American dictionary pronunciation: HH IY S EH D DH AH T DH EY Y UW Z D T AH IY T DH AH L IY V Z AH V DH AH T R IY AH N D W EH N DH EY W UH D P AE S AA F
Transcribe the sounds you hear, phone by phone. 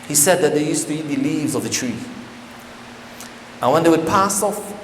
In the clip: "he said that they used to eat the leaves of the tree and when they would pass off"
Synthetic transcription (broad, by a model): HH IY S EH D DH AH T DH EY Y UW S T AH IY T DH AH L IY V Z AH V DH AH T R IY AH N W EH N DH EY W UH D P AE S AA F